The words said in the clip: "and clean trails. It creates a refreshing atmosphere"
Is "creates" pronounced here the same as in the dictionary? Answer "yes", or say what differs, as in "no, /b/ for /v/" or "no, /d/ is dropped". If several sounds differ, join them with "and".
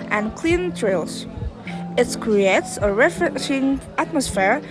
yes